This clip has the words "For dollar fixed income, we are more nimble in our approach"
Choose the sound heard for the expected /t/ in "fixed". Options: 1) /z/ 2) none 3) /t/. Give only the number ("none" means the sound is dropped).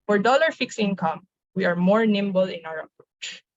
2